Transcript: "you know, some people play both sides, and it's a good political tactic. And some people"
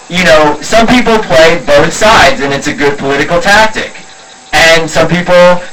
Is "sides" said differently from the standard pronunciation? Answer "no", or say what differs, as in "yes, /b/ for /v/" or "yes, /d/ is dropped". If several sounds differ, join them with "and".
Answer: no